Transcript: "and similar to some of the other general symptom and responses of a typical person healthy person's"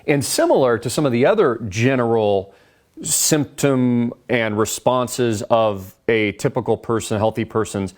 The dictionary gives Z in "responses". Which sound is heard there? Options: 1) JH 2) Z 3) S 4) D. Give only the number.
2